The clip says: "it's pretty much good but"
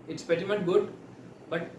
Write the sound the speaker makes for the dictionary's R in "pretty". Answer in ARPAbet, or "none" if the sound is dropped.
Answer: none